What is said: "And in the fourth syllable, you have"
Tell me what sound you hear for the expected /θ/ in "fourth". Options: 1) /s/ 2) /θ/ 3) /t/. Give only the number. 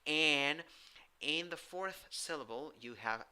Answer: 2